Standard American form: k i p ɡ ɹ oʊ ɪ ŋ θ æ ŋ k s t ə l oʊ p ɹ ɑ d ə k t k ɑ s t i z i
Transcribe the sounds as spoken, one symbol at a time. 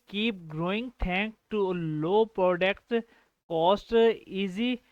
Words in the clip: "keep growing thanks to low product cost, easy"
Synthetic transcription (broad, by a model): k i p ɡ ɹ oʊ ɪ ŋ t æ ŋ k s t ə l oʊ p ɹ ɑ d ə k t k ɑ s t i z i